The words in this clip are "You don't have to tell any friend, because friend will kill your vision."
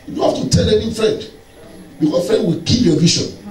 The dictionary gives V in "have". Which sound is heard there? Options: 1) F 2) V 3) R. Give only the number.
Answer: 1